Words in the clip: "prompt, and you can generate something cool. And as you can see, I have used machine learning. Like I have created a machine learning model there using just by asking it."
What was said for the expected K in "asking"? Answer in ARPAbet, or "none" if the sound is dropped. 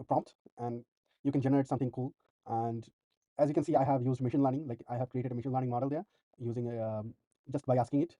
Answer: K